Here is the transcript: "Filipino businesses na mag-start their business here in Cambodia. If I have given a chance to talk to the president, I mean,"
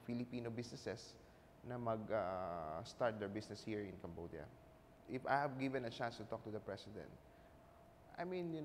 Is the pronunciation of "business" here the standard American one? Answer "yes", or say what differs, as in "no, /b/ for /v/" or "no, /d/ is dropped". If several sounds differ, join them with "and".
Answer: no, /s/ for /z/